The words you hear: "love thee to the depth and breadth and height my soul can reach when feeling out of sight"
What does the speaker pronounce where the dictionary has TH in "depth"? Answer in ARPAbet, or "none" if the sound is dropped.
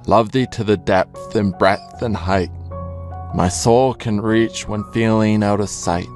TH